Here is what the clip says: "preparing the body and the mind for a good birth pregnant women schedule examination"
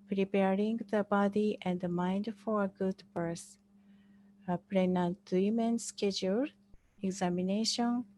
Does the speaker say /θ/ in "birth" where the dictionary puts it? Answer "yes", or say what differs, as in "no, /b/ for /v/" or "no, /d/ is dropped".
no, /s/ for /θ/